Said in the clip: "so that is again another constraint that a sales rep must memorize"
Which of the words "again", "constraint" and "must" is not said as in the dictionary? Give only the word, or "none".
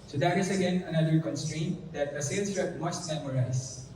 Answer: none